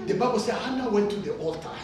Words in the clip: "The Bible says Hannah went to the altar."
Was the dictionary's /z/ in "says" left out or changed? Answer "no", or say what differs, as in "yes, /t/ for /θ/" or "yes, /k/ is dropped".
yes, /z/ is dropped